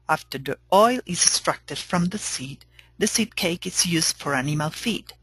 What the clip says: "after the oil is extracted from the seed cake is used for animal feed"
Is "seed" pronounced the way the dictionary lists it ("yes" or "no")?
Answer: yes